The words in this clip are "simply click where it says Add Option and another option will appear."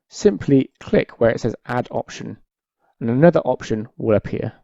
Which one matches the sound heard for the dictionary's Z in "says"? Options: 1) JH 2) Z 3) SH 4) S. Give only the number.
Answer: 2